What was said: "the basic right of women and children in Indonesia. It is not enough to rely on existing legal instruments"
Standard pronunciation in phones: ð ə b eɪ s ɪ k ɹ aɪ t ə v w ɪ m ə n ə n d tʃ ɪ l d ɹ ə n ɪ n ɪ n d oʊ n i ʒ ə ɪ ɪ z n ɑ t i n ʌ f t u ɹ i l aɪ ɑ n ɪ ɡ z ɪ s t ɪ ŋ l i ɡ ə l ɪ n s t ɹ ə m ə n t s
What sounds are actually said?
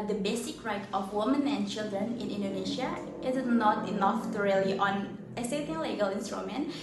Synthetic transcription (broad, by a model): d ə b eɪ s ɪ k ɹ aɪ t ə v w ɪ m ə n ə n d tʃ ɪ l d ɹ ə n ɪ n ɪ n d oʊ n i ʃ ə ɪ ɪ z n ɑ t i n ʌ f t u ɹ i l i ɑ n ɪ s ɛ t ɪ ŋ l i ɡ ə l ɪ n s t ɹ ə m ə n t